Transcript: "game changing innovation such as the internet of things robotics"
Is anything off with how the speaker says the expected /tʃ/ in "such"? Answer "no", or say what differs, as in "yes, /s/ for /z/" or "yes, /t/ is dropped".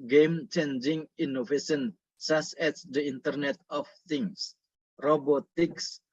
yes, /s/ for /tʃ/